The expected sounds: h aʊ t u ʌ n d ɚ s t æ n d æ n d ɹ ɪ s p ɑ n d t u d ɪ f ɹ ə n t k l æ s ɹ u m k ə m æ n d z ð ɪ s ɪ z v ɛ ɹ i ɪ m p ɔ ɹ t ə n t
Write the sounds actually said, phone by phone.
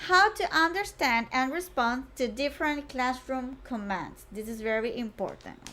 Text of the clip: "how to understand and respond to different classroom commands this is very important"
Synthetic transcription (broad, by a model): h aʊ t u ʌ n d ɚ s t æ n d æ n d ɹ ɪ s p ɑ n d t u d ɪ f ɹ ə n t k l æ s ɹ u m k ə m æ n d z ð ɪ s ɪ z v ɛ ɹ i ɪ m p ɔ ɹ t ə n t